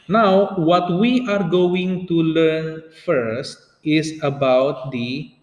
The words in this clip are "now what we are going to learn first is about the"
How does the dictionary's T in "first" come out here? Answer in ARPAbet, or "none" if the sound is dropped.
T